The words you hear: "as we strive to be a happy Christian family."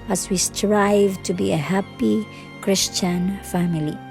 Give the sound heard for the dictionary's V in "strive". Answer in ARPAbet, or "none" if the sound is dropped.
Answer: V